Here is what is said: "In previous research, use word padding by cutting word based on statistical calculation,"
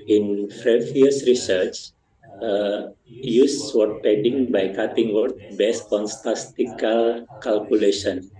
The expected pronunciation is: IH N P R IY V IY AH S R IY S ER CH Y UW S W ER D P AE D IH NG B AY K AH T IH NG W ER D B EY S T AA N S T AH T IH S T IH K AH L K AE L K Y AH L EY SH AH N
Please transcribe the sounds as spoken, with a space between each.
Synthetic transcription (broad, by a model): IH N F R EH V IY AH S R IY S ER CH Y UW S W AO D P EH D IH NG B AY K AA T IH NG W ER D B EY S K AA N S T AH S T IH K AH L K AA L K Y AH L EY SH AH N